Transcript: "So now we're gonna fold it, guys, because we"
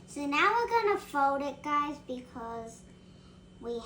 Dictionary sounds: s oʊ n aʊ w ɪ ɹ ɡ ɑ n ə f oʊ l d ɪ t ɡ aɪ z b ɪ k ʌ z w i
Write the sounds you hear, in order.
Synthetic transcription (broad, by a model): s oʊ n aʊ w ɪ ɹ ɡ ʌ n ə f oʊ l d ɪ t ɡ aɪ z b ɪ k ʌ z w i